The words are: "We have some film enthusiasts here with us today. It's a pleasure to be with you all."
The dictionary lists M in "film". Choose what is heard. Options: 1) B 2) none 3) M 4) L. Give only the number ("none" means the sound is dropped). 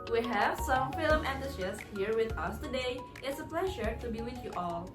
3